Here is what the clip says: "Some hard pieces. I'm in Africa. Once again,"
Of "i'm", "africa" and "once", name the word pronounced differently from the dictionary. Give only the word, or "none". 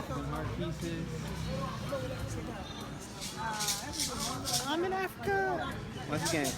once